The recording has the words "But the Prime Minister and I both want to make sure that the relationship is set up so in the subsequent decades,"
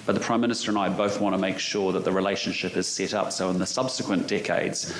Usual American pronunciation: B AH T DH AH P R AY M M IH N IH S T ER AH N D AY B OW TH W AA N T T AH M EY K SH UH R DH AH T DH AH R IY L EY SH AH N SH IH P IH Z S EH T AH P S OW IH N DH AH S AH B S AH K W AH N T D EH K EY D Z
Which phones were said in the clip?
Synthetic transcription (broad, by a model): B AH T DH AH P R AY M M IH N IH S T ER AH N AY B OW TH W AA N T T AH M EY K SH UH R DH AH T DH AH R IY L EY SH AH N SH IH P IH Z S EH T AH P S OW IH N DH AH S AH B S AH K W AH N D EH K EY D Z